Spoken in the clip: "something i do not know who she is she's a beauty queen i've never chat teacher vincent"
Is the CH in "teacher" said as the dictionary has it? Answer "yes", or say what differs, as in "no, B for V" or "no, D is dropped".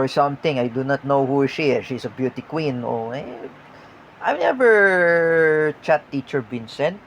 yes